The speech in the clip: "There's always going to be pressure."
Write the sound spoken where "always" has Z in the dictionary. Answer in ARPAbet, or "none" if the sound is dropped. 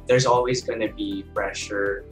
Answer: Z